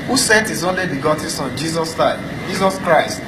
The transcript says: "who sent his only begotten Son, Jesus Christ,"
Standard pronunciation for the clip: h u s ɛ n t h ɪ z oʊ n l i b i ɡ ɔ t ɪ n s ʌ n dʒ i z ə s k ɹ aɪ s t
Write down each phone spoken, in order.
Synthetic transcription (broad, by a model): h u s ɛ t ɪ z oʊ n l i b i ɡ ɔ t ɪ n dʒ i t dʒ i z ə s k ɹ aɪ s t